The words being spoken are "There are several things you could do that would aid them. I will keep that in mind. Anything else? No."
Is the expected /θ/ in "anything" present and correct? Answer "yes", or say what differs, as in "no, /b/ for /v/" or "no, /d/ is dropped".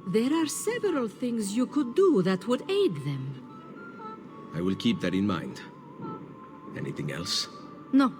yes